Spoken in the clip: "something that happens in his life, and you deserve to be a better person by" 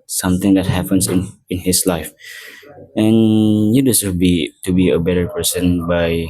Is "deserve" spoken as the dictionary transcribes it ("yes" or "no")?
no